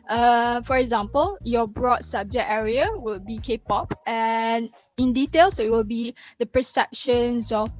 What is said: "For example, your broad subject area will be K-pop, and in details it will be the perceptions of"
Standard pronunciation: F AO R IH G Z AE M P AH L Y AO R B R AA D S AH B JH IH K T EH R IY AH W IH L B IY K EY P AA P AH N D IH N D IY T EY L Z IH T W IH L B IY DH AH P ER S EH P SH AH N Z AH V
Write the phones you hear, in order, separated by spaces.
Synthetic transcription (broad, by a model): F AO R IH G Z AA M P AH L Y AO B R AA D S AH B JH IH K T EH R IY AH W IH L B IY K EY P AA P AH N IH N D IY T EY L S IH T W IH L B IY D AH P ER S EH P SH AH N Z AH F